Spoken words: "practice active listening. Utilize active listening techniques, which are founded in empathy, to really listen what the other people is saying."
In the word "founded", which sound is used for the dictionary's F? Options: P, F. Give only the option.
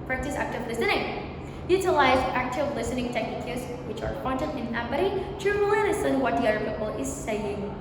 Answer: P